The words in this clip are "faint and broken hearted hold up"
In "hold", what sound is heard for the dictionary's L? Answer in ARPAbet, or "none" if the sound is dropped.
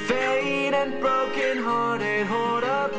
none